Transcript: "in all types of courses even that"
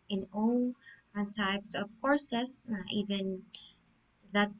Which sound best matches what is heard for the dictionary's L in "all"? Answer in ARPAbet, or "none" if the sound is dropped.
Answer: N